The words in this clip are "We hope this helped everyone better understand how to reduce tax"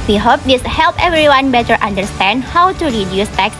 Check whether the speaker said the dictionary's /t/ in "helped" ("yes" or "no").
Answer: no